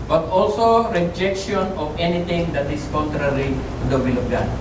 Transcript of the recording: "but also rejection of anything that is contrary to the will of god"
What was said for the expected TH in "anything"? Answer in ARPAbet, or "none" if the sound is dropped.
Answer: T